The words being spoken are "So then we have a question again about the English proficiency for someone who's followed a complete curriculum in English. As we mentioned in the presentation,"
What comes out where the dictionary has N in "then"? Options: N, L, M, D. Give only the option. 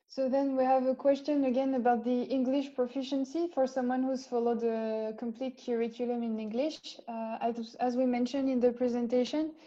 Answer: N